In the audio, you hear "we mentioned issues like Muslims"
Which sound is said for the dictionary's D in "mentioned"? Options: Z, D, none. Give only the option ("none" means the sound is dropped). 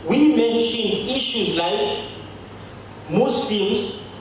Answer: D